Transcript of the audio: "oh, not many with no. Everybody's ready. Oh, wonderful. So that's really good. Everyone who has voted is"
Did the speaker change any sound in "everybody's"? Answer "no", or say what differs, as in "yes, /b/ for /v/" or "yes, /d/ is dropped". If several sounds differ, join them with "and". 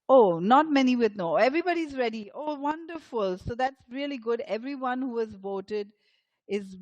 no